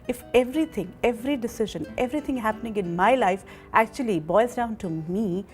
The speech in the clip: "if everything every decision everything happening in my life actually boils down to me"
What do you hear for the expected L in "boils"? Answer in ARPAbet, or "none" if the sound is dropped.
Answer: none